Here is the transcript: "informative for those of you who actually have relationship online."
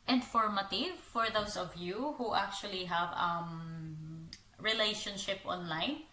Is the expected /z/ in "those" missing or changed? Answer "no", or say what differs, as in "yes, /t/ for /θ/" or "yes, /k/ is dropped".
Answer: yes, /s/ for /z/